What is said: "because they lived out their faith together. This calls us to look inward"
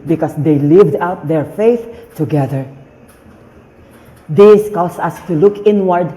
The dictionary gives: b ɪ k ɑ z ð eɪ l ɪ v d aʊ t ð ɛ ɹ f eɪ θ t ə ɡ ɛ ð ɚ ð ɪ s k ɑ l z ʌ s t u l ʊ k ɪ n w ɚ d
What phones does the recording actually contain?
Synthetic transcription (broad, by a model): b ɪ k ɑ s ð eɪ l ɪ v d aʊ t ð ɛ ɹ f eɪ θ t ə ɡ ɛ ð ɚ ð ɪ s k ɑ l s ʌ s t u l ʊ k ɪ n w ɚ d